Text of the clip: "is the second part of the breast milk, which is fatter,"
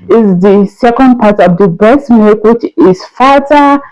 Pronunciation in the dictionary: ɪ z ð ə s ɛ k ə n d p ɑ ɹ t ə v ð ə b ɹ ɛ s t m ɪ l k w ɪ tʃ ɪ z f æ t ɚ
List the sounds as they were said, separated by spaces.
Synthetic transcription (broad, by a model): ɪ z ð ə s ɛ k ə n d p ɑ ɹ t ə v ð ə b ɛ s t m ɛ k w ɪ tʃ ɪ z f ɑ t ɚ